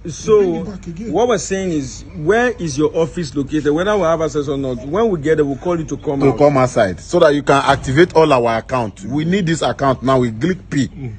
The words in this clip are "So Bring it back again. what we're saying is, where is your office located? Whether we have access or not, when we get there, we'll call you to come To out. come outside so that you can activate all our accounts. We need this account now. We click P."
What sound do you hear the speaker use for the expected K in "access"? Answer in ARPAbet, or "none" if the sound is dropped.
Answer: none